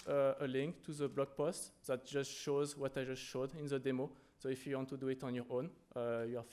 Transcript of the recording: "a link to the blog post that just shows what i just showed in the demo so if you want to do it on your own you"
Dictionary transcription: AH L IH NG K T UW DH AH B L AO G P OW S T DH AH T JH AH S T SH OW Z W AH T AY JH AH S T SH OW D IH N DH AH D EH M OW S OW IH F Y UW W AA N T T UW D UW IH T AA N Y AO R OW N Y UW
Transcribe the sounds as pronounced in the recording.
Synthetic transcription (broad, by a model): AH L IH NG K T UW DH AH B L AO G P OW S T DH AH T JH AH S T SH OW Z W AH T AY JH AH S T SH OW D IH N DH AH D EH M OW S OW IH F Y UW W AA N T T UW D UW IH T AA N Y AO R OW N Y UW